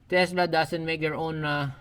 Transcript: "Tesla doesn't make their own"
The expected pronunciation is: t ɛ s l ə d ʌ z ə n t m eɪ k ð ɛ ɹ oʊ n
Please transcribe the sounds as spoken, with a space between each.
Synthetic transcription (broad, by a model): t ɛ s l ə d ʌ s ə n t m eɪ k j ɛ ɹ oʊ n